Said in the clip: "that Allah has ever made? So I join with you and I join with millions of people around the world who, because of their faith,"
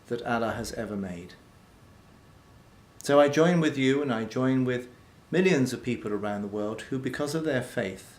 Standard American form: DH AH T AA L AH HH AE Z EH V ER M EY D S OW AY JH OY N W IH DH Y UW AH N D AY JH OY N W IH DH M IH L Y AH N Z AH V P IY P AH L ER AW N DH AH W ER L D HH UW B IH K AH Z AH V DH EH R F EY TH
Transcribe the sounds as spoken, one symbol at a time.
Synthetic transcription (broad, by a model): DH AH T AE L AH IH Z EH V ER M EY D S OW AY JH OY N W IH DH Y UW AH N AY JH OY N W IH DH M IH L Y AH N Z AH V P IY P L ER AW N DH AH W ER L D HH UW B IH K AH Z AH V DH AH R F EY TH